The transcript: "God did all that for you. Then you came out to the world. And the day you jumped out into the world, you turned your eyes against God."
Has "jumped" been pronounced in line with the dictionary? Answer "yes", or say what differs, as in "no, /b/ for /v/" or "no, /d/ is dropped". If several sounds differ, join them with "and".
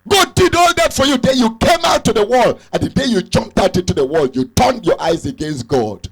yes